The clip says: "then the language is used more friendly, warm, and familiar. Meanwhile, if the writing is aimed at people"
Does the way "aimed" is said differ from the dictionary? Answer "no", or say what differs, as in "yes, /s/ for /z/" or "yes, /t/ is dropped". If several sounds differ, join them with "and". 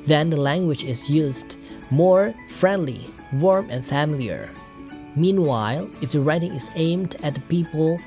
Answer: no